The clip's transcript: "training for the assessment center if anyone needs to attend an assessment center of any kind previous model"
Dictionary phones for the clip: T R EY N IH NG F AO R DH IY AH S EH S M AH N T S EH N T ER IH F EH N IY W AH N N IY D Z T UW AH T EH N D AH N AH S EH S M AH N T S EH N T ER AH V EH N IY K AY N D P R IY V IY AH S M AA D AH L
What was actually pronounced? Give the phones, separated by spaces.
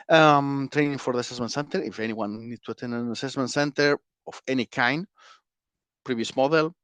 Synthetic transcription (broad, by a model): T R EY N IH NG F AO R DH IY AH S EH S M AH N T S EH N T ER IH F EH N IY W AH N N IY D T UW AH T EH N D AH N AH S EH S M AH N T S EH N T ER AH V EH N IY K AY N D P R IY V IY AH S M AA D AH L